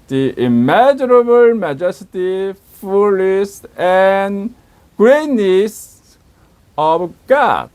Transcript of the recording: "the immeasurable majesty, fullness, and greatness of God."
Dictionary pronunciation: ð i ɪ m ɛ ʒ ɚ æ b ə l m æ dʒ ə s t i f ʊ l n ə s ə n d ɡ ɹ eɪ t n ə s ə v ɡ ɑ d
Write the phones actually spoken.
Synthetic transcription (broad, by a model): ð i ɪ m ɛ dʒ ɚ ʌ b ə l m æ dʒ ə s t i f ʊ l ə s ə n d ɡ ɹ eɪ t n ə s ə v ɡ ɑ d